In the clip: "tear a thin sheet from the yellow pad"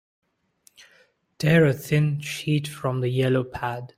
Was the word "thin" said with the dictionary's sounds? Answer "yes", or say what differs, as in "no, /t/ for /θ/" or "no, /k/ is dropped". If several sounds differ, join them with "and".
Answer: yes